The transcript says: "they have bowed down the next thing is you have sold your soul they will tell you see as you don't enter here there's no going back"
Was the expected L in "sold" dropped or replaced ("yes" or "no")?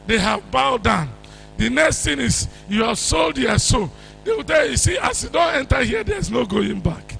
no